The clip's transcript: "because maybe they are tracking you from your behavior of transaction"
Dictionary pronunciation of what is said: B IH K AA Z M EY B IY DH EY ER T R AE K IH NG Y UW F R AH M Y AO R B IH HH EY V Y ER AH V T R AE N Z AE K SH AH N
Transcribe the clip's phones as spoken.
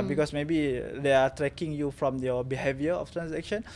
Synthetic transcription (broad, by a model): B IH K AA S M EY B IY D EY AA T R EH K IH NG Y UW F R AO M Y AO B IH HH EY V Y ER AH F T R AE N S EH K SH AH N